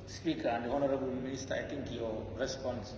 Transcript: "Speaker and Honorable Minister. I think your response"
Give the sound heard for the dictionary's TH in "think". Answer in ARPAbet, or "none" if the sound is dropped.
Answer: T